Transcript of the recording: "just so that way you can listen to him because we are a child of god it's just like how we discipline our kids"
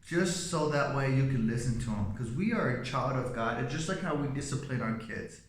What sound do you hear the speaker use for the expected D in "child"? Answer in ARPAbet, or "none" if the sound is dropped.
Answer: D